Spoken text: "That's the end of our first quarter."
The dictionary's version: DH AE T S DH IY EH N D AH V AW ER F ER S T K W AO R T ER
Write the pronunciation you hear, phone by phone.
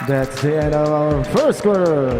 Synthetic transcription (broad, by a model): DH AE T S DH IY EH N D AH V AW ER F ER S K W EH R